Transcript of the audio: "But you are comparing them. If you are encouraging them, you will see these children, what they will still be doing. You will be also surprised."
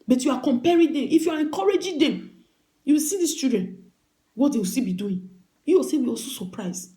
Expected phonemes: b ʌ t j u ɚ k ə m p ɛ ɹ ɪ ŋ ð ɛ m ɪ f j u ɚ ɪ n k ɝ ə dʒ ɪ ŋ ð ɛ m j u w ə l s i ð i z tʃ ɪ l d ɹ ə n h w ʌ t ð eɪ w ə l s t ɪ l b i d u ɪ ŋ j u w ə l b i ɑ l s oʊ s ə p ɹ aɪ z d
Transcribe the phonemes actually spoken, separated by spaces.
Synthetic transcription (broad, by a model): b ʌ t j u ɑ k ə m p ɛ ɹ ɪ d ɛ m ɪ f j u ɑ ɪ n k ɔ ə dʒ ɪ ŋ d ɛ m j u w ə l s i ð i s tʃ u d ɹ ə n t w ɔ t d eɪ w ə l s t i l b i d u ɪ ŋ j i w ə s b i ɑ l s oʊ s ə p ɹ aɪ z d